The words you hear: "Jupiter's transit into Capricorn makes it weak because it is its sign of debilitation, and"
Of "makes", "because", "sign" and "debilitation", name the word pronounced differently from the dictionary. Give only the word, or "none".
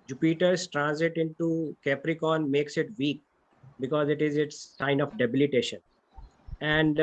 none